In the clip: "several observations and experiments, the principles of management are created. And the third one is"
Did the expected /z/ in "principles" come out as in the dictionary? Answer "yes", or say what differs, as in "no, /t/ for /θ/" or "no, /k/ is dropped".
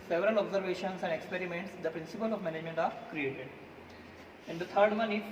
no, /z/ is dropped